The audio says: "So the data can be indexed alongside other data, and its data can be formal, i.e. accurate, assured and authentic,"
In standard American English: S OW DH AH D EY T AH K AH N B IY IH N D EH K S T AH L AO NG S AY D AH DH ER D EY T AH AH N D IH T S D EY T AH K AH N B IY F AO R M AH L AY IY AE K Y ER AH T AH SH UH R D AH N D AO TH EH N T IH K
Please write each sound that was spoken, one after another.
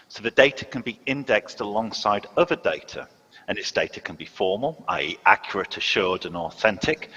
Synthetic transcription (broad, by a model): S OW DH AH D EY T AH K AH N B IY IH N D EH K S T AH L AO NG S AY D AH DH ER D EY T AH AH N IH T S D EY T AH K AH N B IY F AO M AH L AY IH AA K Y ER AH T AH SH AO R D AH N AO TH EH N T IH K